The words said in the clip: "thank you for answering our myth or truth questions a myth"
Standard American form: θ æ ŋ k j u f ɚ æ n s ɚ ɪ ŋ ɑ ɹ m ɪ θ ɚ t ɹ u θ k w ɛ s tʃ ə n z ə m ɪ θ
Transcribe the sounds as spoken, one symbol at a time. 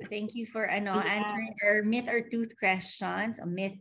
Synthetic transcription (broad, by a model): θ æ ŋ k j u f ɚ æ n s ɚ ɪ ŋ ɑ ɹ m ɪ θ ɚ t u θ k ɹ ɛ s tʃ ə n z ə m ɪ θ